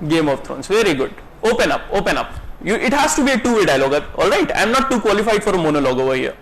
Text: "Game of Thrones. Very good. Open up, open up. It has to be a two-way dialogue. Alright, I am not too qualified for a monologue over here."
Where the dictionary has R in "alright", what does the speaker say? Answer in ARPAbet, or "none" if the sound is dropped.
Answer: R